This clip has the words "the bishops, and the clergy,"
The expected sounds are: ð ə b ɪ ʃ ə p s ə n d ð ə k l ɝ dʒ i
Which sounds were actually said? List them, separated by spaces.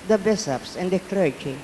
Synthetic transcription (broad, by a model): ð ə b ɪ s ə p s ə n d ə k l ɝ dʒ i